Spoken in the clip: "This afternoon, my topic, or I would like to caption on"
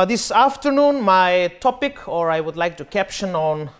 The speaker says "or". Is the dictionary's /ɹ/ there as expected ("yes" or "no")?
yes